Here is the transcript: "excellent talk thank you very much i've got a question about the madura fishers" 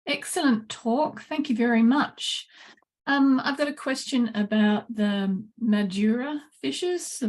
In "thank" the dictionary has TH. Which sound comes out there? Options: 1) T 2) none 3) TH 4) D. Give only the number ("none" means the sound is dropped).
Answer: 3